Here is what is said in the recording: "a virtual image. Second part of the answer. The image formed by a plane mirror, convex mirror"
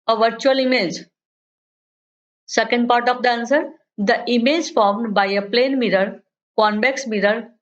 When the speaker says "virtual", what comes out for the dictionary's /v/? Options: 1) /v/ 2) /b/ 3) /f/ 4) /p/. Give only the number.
1